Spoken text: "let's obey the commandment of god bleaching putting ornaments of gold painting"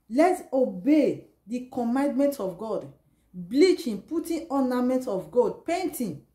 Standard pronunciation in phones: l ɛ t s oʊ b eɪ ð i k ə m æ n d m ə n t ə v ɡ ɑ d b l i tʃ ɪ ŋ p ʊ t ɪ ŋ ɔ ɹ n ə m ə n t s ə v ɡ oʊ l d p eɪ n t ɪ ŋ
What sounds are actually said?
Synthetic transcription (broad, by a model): l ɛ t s oʊ b eɪ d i k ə m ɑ n d m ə n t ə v ɡ ɑ d b l i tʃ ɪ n p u t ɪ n ɔ n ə m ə n t ə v ɡ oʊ d p eɪ n t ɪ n